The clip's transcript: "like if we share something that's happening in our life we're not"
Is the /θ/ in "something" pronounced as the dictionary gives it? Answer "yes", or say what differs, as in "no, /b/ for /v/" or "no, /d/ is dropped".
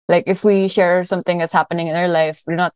yes